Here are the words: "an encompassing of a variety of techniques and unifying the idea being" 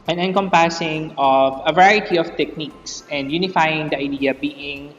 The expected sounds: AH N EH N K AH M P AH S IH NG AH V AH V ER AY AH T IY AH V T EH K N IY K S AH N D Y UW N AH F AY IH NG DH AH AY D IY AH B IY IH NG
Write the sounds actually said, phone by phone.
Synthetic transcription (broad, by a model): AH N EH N K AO M P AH S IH NG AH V AH V ER AY AH T IY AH F T EH K N IY K S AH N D Y UW N AH F AY IH NG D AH AY D IY AH B IY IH NG